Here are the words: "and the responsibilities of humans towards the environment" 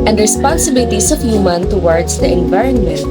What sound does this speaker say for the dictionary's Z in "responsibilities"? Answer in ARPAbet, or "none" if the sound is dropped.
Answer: S